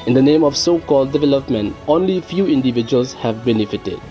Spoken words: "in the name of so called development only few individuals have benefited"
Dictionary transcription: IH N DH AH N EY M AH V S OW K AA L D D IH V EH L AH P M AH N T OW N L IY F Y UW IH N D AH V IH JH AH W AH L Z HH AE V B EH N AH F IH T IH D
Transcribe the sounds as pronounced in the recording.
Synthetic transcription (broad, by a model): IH N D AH N EY M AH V S OW K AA L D D IH V EH L AH P M AH N T OW N L IY F Y UW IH N D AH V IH JH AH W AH L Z HH AE V B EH N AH F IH T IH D